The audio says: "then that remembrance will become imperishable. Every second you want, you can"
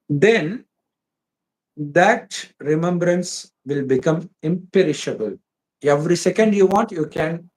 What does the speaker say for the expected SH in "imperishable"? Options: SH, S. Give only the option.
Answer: SH